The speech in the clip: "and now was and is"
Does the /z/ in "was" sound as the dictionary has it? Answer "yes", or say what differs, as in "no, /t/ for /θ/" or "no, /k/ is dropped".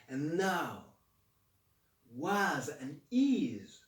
yes